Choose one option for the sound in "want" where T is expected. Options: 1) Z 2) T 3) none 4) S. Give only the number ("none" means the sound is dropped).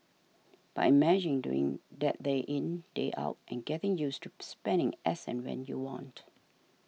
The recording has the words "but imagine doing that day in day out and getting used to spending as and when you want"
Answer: 2